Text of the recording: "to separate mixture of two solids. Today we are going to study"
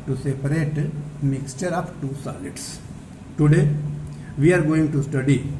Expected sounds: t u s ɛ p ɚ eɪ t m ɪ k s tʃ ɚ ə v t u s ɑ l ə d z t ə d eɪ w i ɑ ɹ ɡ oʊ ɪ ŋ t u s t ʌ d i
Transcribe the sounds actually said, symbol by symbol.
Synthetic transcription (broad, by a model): t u s ɛ p ɚ eɪ t m ɪ k s tʃ ɚ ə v t u s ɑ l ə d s t ə d eɪ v i ɑ ɹ ɡ oʊ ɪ ŋ t u s t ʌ d i